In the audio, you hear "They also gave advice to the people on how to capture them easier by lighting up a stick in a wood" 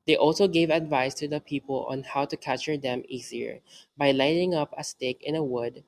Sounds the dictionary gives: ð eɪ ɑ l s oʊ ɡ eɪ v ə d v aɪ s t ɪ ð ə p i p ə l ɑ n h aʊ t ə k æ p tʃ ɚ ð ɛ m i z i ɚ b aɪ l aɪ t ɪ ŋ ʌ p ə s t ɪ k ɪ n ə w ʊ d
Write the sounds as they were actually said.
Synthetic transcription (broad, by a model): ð eɪ ɑ l s oʊ ɡ eɪ v ə d v aɪ s t ɪ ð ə p i p ə l ɑ n h aʊ t ə k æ tʃ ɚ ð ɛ m i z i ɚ b aɪ l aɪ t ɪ ŋ ʌ p ə s t ɪ k ɪ n ə w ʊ d